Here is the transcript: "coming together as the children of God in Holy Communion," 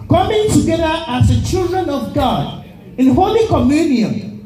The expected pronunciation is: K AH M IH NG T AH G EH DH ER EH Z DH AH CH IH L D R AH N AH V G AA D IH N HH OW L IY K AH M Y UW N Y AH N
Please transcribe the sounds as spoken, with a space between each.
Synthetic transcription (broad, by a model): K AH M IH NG T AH G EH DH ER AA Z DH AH CH IH L D R AH N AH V G AA D IH N HH OW L IY K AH M Y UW N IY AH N